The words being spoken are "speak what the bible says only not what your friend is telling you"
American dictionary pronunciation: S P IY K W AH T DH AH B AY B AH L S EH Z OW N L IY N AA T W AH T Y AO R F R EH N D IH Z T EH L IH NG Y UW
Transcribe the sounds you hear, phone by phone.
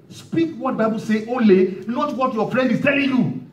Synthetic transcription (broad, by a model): S P IY K W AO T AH B AY B AH L S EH OW L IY N AA T W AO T Y AO F R EH N D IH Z T EH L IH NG Y UW